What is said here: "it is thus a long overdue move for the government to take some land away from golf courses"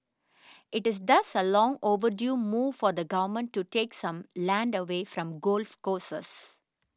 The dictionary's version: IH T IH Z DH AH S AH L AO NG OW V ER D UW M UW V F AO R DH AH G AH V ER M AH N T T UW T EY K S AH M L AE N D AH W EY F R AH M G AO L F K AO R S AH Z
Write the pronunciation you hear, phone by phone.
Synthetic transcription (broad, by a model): IH T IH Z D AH S AH L AO NG OW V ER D UW M UW V F AO R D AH G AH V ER M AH N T T UW T EY K S AH M L AE N D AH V EY F R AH M G AO L F K AO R S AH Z